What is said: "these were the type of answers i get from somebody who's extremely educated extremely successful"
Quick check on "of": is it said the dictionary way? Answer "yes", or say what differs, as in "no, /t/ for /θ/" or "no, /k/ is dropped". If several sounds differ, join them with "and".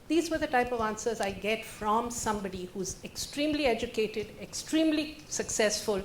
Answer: yes